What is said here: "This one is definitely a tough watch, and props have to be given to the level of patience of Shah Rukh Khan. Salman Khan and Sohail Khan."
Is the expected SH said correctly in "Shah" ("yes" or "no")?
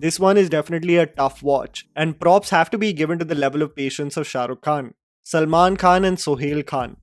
yes